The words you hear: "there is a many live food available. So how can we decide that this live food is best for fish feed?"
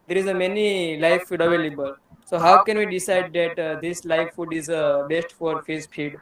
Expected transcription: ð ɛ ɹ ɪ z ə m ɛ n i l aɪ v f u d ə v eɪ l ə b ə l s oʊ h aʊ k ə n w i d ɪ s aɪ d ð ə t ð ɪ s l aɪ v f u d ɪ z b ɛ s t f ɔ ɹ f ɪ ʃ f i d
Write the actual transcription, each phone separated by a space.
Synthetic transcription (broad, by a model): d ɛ ɹ ɪ z ə m ɛ n i l aɪ f u d ə v eɪ l ə b ə l s oʊ h aʊ k ə n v i d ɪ s aɪ d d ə t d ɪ s l aɪ f u d ɪ z b ɛ s t f ɔ ɹ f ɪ s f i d